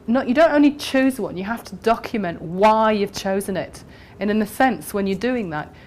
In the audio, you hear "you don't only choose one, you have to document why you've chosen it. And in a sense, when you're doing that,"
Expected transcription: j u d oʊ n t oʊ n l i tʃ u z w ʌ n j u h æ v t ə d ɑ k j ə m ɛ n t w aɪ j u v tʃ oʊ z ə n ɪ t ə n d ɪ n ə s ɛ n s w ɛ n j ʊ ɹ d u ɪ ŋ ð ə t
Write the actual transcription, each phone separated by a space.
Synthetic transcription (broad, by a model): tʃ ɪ d oʊ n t oʊ n l i tʃ u z w ʌ n j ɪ h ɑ f t ə d ɑ k j ə m ɛ n t w aɪ j u v tʃ oʊ z ə n ɪ t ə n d ɪ n ə s ɛ n s w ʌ n j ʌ ɹ d u ɪ ŋ ð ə t